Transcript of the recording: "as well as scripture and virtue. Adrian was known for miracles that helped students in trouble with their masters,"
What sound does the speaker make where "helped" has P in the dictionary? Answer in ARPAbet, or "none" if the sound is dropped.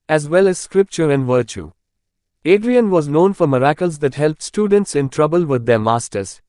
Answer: P